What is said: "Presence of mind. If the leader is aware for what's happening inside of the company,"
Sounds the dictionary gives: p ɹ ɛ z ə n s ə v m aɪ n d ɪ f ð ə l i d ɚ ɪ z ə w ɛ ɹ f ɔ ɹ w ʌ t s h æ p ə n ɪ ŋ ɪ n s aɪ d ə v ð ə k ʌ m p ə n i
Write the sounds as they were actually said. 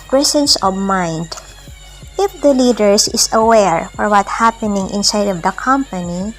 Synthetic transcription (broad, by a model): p ɹ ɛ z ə n s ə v m aɪ n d ɪ f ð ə l i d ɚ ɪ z ə w ɛ ɹ f ɔ ɹ w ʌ t h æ p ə n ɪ ŋ ɪ n s aɪ d ə v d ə k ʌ m p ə n i